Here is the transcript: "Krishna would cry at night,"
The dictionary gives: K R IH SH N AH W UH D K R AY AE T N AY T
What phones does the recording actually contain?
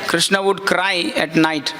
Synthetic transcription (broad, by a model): K R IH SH N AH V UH D K R AY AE T N AY T